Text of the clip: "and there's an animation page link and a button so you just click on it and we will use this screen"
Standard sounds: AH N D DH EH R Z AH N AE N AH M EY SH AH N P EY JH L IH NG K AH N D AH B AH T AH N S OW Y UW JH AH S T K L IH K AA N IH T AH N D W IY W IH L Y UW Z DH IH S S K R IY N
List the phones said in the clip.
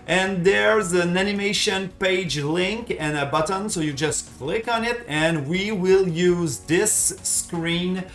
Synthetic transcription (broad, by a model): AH N DH EH R Z AH N AE N AH M EY SH AH N P EY JH L IH NG K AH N AH B AH T AH N S OW Y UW JH AH S T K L IH K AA N IH T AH N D W IY W IH L Y UW Z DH IH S S K R IY N